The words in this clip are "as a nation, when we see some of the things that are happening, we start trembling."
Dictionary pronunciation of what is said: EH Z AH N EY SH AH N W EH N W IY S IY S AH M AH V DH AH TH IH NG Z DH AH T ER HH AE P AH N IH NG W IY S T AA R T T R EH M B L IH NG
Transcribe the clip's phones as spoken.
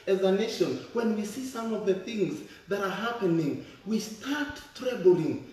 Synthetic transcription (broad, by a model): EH Z AH N EY SH AH N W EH N W IY S IY S AH M AH V DH AH TH IH NG Z DH AH T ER HH AE P AH N IH NG W IY S T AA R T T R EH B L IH NG